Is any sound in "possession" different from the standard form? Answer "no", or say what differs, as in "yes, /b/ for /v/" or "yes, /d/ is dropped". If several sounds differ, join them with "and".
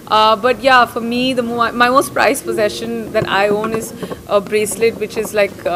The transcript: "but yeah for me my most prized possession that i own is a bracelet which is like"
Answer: no